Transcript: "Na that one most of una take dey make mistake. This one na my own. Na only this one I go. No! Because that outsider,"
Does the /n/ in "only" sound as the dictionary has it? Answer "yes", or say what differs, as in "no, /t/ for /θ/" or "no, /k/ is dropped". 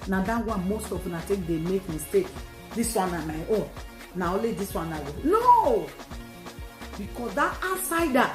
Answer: no, /n/ is dropped